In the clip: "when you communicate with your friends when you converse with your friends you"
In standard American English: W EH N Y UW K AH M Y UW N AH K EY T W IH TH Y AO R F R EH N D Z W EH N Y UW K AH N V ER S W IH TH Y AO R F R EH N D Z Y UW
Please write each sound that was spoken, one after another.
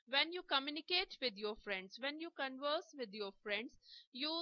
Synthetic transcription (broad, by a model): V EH N Y UW K AH M Y UW N AH K EY T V IH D Y AO R F R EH N D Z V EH N Y UW K AH N V ER S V IH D Y AO R F R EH N D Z Y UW